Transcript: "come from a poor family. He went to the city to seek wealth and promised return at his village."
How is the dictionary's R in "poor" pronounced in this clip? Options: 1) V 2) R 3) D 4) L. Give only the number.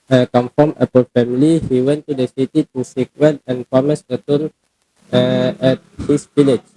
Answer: 4